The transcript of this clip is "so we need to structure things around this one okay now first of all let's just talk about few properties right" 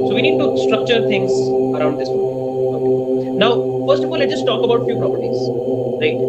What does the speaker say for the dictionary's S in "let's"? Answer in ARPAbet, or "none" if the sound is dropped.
none